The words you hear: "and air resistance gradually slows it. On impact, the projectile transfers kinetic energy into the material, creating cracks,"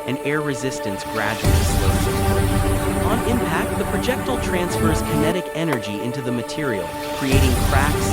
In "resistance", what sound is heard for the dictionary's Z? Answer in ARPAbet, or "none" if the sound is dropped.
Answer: Z